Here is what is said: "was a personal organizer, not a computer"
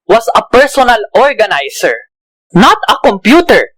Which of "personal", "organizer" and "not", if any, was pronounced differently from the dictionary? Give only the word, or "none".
organizer